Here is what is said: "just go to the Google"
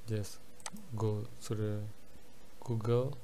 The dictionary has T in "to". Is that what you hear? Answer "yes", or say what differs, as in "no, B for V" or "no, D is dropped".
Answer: no, S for T